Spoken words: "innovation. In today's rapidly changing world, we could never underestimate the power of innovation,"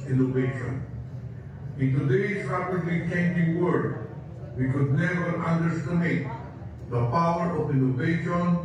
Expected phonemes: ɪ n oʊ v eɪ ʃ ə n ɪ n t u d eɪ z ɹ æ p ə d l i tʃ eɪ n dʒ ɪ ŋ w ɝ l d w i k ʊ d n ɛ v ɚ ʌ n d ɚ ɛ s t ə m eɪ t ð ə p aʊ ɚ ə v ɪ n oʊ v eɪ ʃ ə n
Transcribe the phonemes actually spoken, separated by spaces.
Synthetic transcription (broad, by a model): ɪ n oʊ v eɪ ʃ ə n ɪ n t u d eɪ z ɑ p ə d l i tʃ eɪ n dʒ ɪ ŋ w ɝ d w i k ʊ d n ɛ v ɚ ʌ n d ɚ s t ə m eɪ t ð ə p aʊ ɚ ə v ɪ n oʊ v eɪ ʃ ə n